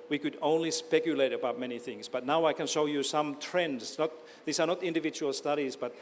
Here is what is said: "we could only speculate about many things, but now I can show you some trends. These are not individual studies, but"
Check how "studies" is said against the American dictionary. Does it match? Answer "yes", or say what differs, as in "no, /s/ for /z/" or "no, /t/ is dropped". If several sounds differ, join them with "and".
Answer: yes